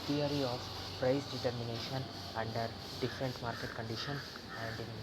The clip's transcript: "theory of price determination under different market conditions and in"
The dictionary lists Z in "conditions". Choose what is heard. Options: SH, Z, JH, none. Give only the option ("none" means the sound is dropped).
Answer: none